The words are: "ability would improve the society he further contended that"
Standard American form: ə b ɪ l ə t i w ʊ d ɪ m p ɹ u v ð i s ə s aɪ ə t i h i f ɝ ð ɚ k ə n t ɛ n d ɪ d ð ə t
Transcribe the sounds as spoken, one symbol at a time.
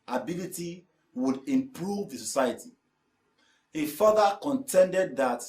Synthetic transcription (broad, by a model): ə b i l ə t i w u d ɪ m p ɹ u v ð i s ə s aɪ ə t i h i f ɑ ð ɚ k ə n t ɛ n d ɪ d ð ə t